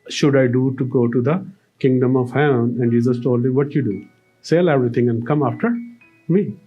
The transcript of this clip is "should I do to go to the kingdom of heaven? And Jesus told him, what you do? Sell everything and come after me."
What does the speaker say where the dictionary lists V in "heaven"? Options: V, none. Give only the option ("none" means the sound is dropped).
none